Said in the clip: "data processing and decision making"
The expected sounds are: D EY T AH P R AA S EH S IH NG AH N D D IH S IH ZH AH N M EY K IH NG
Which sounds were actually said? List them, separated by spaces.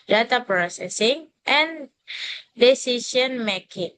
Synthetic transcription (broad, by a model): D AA T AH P R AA S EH S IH NG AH N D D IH S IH S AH N M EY K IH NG